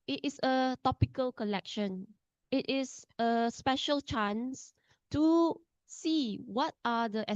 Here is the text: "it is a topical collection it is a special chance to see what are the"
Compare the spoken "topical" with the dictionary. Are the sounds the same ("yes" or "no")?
yes